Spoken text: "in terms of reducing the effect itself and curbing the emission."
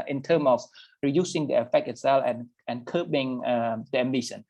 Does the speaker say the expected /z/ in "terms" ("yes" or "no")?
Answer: no